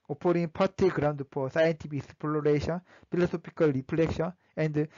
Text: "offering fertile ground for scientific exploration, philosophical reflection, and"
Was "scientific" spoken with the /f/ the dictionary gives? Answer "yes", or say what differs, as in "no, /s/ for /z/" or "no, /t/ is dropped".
no, /p/ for /f/